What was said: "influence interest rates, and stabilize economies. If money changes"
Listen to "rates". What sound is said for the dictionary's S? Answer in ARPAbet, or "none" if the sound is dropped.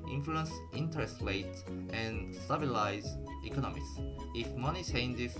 none